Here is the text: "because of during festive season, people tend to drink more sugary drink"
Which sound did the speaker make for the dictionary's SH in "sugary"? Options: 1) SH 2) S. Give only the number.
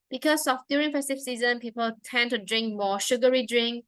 1